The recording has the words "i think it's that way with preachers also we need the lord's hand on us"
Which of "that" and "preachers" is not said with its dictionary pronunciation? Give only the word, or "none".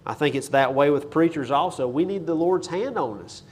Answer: none